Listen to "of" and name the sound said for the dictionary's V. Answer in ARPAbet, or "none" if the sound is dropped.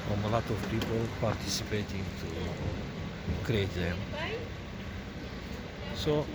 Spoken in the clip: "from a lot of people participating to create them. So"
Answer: F